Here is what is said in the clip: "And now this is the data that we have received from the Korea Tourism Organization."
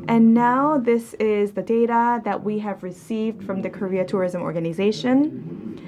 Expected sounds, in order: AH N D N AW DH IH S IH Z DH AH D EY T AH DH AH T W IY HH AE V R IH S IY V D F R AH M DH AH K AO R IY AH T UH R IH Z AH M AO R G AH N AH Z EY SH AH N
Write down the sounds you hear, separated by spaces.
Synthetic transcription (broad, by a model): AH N N AW DH IH S IH Z DH AH D EY T AH DH AH T W IY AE V R IH S IY V D F R AH M DH AH K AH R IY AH T UH R IH Z AH M AO R G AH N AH Z EY SH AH N